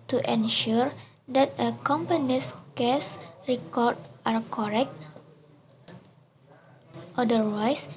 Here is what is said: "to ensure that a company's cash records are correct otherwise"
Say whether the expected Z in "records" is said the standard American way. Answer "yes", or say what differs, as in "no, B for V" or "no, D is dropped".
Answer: no, Z is dropped